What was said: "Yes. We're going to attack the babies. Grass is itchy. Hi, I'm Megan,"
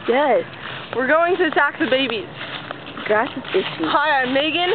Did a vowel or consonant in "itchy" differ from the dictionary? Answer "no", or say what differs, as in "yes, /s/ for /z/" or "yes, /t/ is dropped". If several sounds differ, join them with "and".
yes, /s/ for /tʃ/